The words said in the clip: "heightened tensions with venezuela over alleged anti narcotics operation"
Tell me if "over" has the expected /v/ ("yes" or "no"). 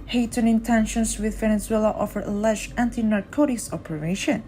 no